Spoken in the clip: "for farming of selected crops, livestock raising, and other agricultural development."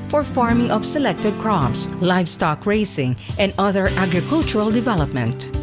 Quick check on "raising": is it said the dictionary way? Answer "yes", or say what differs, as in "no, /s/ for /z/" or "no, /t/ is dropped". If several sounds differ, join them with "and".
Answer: no, /s/ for /z/